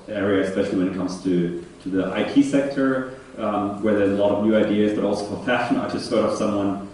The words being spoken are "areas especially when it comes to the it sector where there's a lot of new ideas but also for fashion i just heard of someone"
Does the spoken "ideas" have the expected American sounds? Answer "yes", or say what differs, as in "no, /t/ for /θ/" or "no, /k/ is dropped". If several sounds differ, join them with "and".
yes